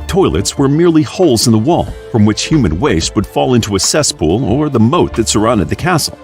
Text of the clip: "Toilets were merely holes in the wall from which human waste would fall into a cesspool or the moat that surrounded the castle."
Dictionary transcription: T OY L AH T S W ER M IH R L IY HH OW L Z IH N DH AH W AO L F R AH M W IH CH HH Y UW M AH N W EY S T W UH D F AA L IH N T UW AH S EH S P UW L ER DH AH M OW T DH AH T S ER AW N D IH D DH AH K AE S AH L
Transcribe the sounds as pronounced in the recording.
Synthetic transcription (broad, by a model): T OY L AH T S W ER M IH R L IY HH OW L Z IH N DH AH W AO L F R AH M W IH CH HH Y UW M AH N W EY S T W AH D F AA L IH N T UW AH S EH S P UW L ER DH AH M OW T DH AH T S ER AW N D IH D DH AH K AE S L